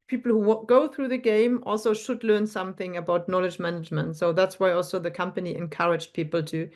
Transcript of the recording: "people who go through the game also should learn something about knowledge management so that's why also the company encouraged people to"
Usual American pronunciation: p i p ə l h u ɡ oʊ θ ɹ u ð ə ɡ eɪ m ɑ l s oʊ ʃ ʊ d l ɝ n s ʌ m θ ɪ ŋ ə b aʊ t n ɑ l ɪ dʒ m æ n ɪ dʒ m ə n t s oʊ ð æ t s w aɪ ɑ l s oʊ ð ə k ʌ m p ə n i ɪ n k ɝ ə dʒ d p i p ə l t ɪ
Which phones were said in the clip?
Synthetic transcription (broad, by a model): p i p l h u ɡ oʊ θ ɹ u ð ə ɡ eɪ m ɑ l s oʊ ʃ ʊ d l ɝ n s ʌ m θ ɪ ŋ ə b aʊ t n ɑ l ɪ dʒ m æ n ɪ dʒ m ə n t s oʊ ð æ t s w aɪ ɑ l s oʊ ð ə k ʌ m p ə n i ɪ n k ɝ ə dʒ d p i p l t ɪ